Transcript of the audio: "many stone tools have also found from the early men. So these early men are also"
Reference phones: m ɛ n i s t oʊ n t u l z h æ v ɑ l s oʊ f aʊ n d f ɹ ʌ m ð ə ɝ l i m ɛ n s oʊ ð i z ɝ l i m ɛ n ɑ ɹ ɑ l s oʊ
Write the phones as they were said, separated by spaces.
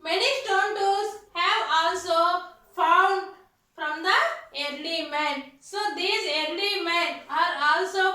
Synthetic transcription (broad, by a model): m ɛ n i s t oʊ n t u z h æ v ɑ l s oʊ f aʊ n d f ɹ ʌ m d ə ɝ l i m ɛ n s oʊ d i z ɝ l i m ɛ n ɑ ɹ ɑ l s oʊ